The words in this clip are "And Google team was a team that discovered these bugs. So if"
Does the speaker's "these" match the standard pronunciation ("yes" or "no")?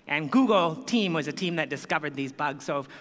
yes